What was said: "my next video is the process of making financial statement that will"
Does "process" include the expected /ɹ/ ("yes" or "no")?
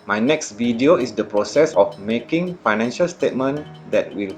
yes